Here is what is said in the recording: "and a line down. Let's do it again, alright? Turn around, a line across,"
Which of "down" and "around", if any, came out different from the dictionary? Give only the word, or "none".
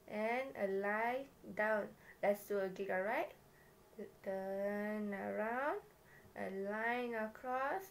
none